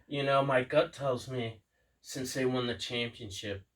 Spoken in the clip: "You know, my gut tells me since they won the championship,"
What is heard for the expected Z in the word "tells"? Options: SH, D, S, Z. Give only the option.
Z